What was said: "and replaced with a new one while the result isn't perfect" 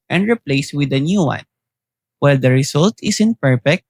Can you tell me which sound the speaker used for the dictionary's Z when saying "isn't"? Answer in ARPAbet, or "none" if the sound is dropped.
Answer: S